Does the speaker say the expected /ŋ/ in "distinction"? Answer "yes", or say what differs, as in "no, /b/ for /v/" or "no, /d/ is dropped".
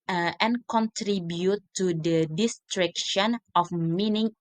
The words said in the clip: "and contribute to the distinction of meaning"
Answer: no, /ŋ/ is dropped